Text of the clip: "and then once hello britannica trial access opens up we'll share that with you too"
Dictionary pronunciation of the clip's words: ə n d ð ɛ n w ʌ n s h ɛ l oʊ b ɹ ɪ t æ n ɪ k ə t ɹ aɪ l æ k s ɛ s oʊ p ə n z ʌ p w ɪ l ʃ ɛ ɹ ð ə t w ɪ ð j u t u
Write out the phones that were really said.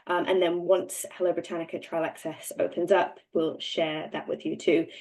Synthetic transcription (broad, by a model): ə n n ð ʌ n w ʌ n s h ɛ l oʊ b ɹ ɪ t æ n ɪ k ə t ɹ aɪ l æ k s ɛ s oʊ p ə n z ʌ p w ɪ l ʃ ɛ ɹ ð ə t w ɪ ð j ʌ t u